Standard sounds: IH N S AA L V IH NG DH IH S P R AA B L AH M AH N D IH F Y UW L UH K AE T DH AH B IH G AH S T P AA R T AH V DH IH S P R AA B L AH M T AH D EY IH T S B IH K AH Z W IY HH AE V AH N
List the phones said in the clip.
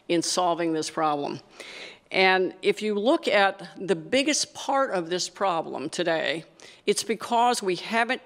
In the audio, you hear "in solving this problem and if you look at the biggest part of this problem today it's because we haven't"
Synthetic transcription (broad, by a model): IH N S AA L V IH NG DH IH S P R AA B L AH M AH N IH F Y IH L UH K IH T DH AH B IH G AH S P AA R T AH V DH IH S P R AA B L AH M T AH D EY IH T S B IH K AH Z W IY HH AE V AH N